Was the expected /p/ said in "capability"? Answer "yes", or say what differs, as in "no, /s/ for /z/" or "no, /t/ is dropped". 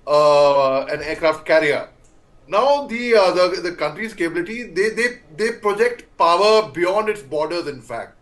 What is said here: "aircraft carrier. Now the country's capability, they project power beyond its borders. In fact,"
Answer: no, /b/ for /p/